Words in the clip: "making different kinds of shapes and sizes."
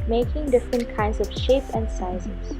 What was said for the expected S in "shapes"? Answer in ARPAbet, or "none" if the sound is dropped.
none